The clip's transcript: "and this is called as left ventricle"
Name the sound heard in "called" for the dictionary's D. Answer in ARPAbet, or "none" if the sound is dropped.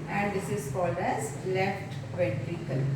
none